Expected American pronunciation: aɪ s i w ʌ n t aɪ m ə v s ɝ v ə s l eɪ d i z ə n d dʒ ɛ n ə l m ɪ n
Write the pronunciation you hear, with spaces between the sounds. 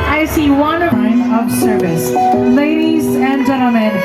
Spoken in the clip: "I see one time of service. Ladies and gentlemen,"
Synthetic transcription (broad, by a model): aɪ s i w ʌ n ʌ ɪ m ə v s ɝ v ə s l eɪ d i z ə n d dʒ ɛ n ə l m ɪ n